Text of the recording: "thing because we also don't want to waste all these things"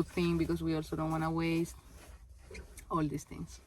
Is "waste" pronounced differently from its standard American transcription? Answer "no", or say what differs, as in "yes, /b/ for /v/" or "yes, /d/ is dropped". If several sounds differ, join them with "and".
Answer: no